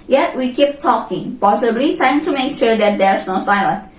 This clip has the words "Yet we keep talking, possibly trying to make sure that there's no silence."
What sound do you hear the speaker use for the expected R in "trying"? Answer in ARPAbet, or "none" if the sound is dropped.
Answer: none